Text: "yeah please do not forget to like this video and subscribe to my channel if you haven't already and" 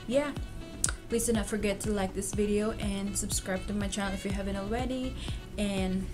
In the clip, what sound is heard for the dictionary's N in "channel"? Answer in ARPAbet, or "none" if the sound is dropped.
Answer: none